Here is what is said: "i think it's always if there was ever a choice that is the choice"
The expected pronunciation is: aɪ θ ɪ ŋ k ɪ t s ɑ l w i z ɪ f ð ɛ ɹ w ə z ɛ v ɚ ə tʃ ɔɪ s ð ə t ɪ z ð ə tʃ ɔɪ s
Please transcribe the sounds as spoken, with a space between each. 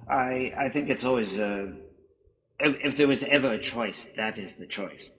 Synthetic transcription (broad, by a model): aɪ θ ɪ ŋ k ɪ t s ɑ l w i z ɪ f ð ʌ ɹ w ə z ɛ v ɚ ə tʃ ɔɪ s ð ə t ɪ z ð ə tʃ ɔɪ s